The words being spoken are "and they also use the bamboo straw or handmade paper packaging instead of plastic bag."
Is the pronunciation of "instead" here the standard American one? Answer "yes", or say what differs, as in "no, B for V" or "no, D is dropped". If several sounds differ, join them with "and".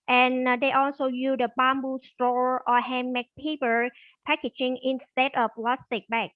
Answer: yes